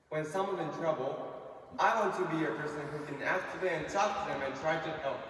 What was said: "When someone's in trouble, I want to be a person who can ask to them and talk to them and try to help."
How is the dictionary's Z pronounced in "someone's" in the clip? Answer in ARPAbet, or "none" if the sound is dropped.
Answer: none